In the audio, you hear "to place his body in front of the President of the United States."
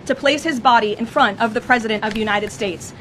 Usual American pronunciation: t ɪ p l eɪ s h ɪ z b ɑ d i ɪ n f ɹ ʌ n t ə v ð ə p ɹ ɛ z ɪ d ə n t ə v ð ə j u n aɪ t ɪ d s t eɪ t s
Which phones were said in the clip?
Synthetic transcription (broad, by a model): t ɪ p l eɪ s h ɪ z b ɑ d i ɪ n f ɹ ʌ n t ə v ð ə p ɹ ɛ z ɪ d ə n t ə v j u n aɪ t ɪ d s t eɪ t s